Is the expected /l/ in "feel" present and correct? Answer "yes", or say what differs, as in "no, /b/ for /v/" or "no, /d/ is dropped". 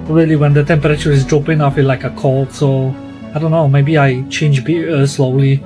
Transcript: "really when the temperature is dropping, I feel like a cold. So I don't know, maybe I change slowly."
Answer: no, /n/ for /l/